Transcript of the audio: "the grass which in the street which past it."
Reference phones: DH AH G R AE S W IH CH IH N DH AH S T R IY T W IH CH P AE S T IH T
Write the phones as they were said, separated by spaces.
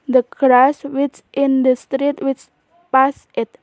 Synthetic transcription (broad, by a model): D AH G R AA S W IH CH IH N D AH S T R IY T W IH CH P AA S IH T